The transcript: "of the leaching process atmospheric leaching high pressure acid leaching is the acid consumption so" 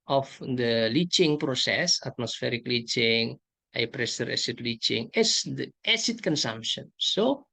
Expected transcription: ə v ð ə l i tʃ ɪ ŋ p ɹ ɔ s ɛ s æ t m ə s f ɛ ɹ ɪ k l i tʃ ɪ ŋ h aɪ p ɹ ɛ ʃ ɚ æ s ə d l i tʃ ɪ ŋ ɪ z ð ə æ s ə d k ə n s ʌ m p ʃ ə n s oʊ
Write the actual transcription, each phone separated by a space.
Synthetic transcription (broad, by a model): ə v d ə l i tʃ ɪ ŋ p ɹ ɔ s ɛ s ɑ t m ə s f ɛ ɹ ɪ k l i tʃ ɪ ŋ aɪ p ɹ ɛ s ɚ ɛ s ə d l i tʃ ɪ ŋ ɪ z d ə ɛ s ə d k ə n s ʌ m p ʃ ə n s oʊ